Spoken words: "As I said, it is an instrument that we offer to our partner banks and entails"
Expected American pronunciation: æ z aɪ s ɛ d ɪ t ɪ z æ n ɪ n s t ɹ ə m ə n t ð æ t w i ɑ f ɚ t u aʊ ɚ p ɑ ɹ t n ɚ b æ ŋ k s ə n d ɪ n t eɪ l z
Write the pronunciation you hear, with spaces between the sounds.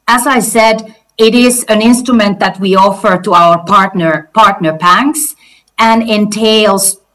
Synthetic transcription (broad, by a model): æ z aɪ s ɛ d ɪ t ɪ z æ n ɪ n s t ɹ ə m ə n t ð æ t w i ɑ f ɚ t u aʊ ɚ p ɑ ɹ t n ɚ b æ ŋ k s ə n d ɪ n t eɪ l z